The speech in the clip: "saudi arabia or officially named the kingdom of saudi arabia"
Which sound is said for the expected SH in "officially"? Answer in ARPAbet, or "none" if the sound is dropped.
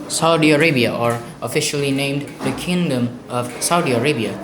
SH